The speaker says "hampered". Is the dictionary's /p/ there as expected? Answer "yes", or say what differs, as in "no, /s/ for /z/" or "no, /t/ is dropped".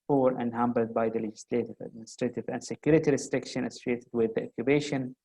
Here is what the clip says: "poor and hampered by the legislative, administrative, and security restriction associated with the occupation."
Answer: no, /b/ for /p/